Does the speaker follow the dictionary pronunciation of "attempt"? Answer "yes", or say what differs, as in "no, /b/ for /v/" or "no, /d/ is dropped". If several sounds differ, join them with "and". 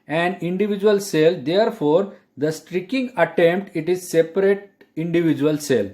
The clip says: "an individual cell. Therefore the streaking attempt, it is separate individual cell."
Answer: yes